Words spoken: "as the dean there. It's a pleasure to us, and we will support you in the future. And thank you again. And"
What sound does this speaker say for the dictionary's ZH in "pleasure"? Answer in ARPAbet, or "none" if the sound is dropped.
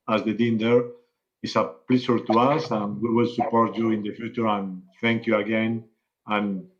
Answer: S